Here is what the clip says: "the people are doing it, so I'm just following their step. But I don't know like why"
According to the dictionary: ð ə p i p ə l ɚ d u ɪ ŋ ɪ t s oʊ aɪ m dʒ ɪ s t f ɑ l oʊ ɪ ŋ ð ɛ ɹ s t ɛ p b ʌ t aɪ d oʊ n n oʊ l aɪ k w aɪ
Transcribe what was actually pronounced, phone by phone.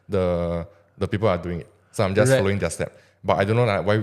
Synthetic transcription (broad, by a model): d ə p i p ə l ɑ d u ɪ ŋ ɪ t s oʊ aɪ m dʒ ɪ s f ɑ l oʊ ɪ ŋ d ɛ s t ɛ p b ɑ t aɪ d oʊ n n oʊ n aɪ w aɪ